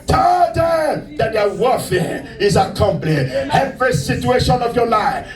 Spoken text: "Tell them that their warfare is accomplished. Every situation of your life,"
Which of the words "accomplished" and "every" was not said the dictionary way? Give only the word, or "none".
accomplished